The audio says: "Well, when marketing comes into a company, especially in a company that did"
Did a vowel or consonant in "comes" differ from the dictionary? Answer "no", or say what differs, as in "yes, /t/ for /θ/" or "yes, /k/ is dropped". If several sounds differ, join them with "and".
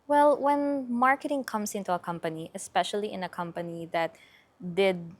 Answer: yes, /s/ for /z/